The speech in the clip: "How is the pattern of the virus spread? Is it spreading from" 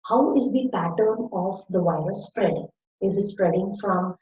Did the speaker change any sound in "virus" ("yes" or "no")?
yes